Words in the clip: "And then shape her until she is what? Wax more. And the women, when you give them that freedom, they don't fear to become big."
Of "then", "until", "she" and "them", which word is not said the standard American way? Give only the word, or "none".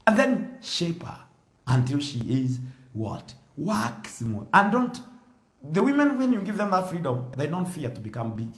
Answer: none